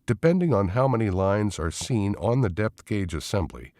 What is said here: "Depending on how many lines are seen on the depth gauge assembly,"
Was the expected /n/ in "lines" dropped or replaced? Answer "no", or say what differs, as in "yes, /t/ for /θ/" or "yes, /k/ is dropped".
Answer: no